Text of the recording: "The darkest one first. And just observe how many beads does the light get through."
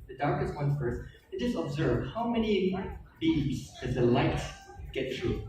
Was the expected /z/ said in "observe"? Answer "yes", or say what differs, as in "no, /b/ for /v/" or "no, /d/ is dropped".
yes